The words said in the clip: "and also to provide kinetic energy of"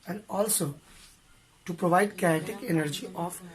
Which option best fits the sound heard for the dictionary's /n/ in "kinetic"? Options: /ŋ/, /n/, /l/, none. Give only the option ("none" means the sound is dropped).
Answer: none